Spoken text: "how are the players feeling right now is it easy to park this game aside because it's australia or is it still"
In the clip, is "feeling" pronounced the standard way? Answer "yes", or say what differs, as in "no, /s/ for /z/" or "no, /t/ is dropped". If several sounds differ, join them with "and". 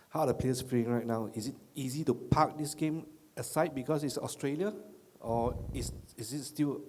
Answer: no, /l/ is dropped